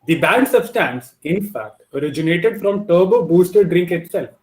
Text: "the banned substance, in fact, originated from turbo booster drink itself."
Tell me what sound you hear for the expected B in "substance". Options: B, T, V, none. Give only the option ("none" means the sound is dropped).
none